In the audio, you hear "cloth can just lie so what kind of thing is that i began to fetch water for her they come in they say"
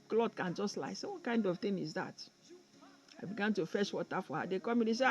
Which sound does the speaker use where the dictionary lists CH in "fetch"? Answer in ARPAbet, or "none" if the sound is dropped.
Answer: SH